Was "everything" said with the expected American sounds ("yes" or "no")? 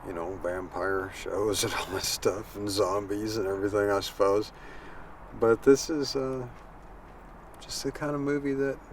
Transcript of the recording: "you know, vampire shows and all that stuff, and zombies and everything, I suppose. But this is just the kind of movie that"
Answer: yes